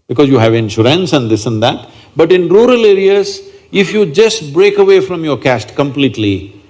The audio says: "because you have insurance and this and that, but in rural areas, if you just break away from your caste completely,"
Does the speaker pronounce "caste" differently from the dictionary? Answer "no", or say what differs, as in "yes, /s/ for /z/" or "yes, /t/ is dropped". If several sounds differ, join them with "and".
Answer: no